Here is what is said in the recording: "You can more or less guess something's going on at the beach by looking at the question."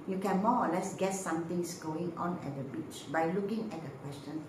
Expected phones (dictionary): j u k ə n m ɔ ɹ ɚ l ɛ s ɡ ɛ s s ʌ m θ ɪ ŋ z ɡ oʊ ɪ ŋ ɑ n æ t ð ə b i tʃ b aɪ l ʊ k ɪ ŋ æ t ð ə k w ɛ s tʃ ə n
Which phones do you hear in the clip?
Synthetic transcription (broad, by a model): j u k ə n m ɔ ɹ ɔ l ɛ s ɡ ɛ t s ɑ m t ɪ ŋ s ɡ oʊ ɪ ŋ ɑ n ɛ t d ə b i tʃ b aɪ l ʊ k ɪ ŋ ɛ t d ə k w ɛ s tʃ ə n